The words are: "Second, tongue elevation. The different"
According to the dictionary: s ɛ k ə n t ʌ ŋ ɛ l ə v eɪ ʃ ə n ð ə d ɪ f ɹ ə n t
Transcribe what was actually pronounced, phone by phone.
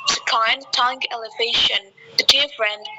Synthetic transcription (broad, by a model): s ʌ k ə n t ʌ ŋ ɛ l ə v eɪ ʃ ə n ð ə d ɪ f ɹ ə n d